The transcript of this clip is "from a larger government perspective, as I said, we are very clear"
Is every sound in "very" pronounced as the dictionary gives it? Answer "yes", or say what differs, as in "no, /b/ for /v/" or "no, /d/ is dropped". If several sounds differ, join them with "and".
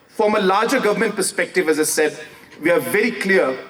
yes